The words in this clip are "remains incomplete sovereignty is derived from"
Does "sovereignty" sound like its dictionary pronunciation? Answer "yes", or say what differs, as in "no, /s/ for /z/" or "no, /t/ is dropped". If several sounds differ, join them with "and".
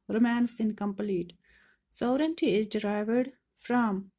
no, /v/ is dropped